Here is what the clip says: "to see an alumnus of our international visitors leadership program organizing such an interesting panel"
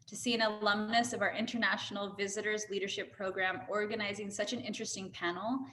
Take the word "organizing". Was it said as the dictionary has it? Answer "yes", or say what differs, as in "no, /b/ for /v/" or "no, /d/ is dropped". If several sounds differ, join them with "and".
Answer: yes